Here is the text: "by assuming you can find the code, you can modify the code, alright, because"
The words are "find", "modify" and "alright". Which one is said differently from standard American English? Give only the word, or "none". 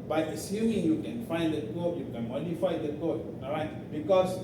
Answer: alright